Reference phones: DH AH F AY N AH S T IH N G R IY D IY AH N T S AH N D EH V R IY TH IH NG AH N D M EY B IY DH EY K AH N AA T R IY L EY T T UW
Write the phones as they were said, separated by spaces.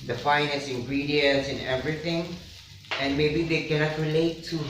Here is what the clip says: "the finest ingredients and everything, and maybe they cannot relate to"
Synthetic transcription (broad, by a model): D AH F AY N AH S IH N G R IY D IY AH N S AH N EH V R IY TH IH NG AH N M EY B IY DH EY K AH N AA T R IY L EY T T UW